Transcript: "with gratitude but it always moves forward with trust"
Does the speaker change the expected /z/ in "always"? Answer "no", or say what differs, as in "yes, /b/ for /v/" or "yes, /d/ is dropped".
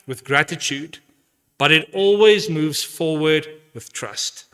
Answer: no